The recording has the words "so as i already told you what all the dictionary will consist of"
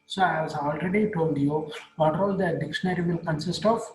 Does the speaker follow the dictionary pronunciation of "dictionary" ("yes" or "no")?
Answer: yes